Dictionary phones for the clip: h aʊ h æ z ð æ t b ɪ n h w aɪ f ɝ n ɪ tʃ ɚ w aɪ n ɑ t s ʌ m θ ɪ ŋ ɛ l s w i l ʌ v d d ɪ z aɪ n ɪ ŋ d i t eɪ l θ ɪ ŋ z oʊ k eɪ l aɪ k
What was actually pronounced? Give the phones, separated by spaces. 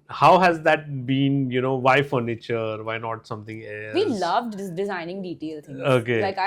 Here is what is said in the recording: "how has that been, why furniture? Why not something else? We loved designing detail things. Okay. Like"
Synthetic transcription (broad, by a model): h aʊ h æ z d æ t b ɪ n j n aɪ f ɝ n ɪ tʃ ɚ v aɪ n ɑ t s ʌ m t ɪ ŋ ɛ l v i l ʌ v d d ɪ z aɪ n ɪ ŋ d i t eɪ l t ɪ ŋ oʊ k eɪ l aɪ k